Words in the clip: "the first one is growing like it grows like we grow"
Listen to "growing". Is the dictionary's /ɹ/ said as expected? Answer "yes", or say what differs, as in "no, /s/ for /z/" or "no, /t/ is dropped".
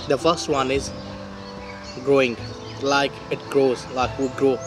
yes